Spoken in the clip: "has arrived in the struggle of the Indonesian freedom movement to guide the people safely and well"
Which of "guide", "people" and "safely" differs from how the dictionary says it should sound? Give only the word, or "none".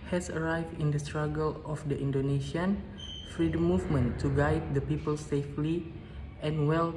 none